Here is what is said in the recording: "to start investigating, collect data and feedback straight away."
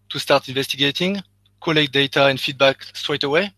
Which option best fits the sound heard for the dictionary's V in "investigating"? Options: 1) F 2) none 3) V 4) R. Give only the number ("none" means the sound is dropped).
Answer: 3